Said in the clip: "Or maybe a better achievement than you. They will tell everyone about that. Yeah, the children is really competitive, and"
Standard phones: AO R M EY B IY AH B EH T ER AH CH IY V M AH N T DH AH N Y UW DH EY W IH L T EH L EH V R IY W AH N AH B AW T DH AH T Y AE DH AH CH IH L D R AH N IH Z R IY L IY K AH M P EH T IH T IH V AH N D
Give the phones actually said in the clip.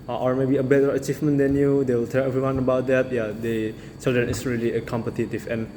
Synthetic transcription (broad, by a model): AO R M EY B IY AH B EH T ER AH CH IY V M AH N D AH N Y UW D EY W IH L T EH L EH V R IY W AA N AH B AW T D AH T Y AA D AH S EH D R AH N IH S R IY L IY K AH M P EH T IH T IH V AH N